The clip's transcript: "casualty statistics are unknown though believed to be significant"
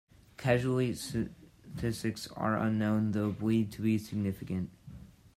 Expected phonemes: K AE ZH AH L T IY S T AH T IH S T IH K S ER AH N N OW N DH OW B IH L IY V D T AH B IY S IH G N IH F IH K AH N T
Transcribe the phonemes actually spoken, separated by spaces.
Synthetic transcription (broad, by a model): K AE ZH L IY S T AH T IH S T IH K S ER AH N N OW N DH OW B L IY D T AH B IY S IH G N IH F IH K AH N T